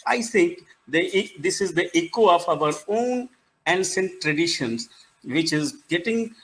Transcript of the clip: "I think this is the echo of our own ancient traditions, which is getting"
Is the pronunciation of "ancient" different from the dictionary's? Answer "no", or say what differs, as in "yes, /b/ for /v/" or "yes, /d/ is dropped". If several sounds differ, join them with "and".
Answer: yes, /s/ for /ʃ/